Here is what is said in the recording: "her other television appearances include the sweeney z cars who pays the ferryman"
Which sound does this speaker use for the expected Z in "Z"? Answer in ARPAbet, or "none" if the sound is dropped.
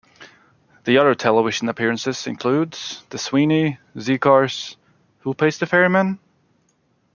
Z